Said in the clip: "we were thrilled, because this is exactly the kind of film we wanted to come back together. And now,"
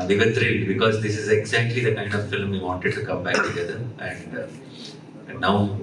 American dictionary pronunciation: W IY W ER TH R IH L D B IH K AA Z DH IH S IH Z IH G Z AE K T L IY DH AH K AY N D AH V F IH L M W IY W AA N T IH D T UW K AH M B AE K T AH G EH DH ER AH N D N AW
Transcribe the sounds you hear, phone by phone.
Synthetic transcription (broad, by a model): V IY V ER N R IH D B IH K AA Z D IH S IH Z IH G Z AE K T L IY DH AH K AY N D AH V F IH L M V IY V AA N T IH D T UW K AH M B AE K T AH G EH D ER AH N D N AW